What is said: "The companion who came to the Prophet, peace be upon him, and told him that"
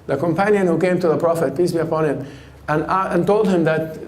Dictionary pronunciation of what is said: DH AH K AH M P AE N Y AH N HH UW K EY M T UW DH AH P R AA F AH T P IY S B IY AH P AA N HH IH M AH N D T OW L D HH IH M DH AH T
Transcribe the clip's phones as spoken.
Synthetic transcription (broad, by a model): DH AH K AH M P AE N Y AH N HH UW K EY M T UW DH AH P R AA F AH T P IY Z B IY AH P AA N HH IH M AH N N T OW L D HH IH M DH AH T